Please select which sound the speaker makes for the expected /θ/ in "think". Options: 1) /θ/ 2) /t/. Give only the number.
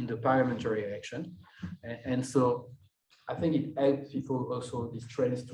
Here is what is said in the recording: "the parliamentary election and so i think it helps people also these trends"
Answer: 1